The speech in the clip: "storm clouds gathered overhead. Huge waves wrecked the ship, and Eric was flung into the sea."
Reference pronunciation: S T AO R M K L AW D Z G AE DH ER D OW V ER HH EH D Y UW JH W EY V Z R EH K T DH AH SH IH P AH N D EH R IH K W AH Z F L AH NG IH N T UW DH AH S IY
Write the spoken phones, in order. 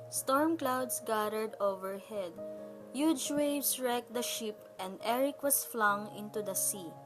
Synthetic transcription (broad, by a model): S T AO R M K L AW D S G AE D ER D OW V ER HH EH D Y UW JH W EY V S R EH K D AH SH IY P AH N D EH R IH K W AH S F L AH NG IH N T UW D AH S IY